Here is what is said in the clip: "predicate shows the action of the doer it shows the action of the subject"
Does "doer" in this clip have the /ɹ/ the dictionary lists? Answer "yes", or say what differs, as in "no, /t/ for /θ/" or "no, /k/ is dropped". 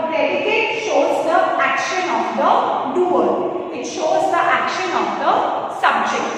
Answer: no, /l/ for /ɹ/